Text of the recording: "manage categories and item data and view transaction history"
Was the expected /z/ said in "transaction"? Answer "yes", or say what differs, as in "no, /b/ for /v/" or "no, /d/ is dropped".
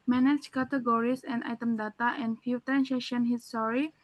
no, /s/ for /z/